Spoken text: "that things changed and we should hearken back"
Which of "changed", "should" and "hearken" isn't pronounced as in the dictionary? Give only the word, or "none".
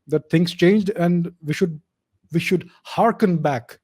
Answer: none